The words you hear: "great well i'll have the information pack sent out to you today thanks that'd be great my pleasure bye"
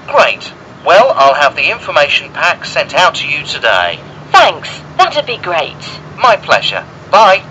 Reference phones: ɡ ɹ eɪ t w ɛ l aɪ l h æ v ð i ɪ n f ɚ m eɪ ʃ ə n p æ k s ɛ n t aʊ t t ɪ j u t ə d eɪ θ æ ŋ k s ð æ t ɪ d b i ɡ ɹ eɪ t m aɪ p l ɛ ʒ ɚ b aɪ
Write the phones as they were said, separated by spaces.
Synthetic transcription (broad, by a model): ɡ ɹ eɪ t w ɛ l aɪ l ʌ v ð i ɪ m f ɚ m eɪ ʃ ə n p æ k s ɛ n t aʊ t t ɪ j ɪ t ə d eɪ θ æ ŋ k s ð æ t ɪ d b i ɡ ɹ eɪ t m aɪ p l ɛ ʒ ɚ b aɪ